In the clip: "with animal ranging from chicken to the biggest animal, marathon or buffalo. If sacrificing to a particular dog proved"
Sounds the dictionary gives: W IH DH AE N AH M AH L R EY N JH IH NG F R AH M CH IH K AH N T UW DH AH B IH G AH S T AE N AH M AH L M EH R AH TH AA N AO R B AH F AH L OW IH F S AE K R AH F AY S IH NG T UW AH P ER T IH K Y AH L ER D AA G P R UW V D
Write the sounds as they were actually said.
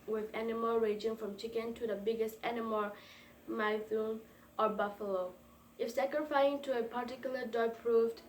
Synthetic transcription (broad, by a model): W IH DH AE N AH M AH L R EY JH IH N F R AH M CH IH K AH N T UW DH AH B IH G AH S T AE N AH M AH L M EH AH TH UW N AO R B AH F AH L OW IH F S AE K R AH F AY IH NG T UW AH P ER T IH K Y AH L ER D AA P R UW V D